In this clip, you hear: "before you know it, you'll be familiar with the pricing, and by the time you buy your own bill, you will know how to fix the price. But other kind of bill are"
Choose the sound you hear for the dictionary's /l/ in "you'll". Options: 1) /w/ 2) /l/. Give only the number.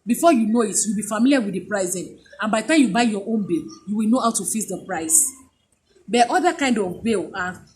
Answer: 1